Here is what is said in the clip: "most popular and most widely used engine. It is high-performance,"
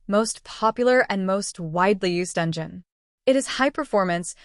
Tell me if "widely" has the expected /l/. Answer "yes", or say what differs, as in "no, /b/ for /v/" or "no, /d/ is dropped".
yes